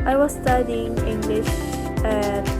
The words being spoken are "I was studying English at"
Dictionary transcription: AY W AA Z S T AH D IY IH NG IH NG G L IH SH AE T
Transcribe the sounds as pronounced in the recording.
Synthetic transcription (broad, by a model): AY W AA Z S T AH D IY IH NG IH NG G L IH SH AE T